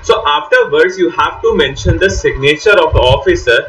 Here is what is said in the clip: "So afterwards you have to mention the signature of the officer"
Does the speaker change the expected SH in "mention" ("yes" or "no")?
no